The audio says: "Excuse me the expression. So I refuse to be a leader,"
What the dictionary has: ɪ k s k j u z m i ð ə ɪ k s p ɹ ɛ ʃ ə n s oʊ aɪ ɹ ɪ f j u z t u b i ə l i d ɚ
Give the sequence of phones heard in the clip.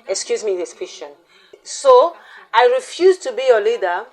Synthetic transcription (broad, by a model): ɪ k s k j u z m i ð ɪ s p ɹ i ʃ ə n s oʊ aɪ ɹ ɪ f j u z t u b i ə l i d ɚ